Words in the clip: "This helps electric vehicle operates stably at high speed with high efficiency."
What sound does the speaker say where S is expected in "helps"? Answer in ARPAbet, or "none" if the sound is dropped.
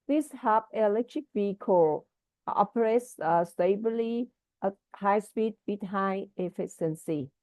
none